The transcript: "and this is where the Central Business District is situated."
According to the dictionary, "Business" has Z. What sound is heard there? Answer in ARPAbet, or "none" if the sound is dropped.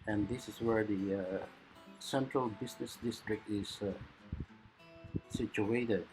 S